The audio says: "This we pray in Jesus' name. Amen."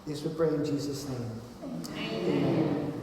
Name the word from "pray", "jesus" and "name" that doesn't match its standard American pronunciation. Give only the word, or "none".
none